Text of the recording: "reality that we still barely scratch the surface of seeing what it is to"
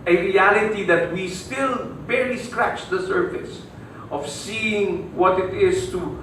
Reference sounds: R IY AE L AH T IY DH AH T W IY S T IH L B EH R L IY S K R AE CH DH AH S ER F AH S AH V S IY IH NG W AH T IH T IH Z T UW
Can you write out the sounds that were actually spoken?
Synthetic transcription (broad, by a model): R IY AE L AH T IY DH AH T W IY S T IH L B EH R IY S K R AE CH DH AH S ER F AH S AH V S IY IH NG W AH T IH T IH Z T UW